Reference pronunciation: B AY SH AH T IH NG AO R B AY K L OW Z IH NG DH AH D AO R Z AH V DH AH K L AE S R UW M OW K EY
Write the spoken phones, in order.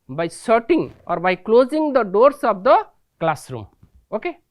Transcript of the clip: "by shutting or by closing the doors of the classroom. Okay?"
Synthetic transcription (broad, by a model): B AY S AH T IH NG AO R B AY K L OW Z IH NG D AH D AO R S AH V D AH K L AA S R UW M OW K EY